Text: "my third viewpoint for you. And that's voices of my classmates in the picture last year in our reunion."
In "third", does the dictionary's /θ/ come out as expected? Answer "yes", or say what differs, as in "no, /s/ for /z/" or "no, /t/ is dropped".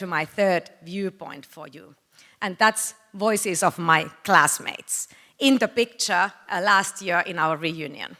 yes